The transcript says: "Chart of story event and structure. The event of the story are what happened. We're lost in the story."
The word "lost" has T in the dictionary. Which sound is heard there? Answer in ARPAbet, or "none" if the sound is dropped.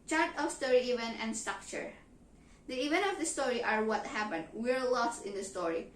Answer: T